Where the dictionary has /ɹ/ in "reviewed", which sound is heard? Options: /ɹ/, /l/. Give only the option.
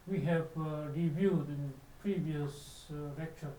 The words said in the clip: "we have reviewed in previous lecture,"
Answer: /ɹ/